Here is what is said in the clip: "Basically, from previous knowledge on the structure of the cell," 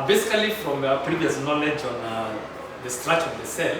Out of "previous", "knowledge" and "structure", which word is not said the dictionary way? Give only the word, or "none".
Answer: structure